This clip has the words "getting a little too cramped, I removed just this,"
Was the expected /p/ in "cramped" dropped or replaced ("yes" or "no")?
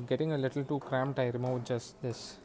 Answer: yes